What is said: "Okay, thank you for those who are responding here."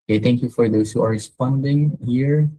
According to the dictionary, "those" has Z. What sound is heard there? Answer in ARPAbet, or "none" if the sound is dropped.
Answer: S